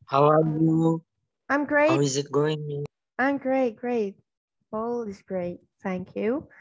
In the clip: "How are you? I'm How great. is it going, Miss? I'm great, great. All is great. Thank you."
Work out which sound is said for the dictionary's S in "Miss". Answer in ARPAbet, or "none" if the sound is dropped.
none